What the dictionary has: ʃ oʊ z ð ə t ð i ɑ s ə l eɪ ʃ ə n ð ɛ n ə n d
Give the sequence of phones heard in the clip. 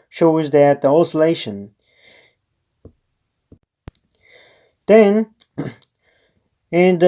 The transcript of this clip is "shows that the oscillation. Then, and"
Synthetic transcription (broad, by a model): ʃ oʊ z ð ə t ð i ɑ s ə l eɪ ʃ ə n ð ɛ n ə n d